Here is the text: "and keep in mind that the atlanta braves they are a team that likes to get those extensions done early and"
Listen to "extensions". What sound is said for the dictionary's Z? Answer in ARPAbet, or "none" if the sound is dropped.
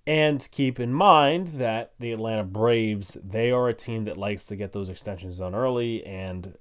Z